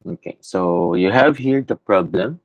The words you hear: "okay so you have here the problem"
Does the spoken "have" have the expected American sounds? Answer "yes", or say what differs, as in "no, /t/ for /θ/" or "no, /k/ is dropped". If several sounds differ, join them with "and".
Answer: yes